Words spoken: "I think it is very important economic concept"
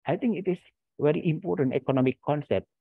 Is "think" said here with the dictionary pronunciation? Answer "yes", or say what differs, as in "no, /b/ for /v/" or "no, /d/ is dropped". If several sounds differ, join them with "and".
no, /t/ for /θ/